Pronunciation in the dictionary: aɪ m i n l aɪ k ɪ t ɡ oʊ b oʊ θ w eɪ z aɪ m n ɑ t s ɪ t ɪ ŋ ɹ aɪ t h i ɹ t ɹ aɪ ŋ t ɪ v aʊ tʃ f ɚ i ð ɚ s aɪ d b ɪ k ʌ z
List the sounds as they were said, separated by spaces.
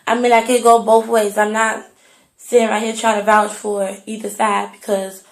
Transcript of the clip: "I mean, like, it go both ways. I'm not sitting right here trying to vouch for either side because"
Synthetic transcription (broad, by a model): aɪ m i n l aɪ k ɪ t ɡ oʊ b oʊ θ w eɪ z aɪ m n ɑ t s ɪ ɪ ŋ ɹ aɪ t h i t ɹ aɪ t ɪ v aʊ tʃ f ɚ i ð ɚ s aɪ d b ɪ k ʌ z